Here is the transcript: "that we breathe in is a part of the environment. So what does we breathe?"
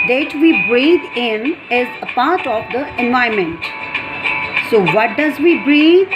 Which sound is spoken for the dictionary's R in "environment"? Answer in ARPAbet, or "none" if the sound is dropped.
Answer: none